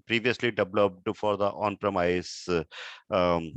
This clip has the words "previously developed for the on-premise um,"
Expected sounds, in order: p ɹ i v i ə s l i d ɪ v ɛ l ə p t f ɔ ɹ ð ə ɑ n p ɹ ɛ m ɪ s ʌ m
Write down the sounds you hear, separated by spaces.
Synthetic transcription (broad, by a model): p ɹ i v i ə s l i d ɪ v l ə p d f ɔ ɹ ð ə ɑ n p ɹ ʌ m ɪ ɪ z